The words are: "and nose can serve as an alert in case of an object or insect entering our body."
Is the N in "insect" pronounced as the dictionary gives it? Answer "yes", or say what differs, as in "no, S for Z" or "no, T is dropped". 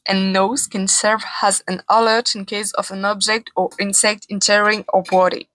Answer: yes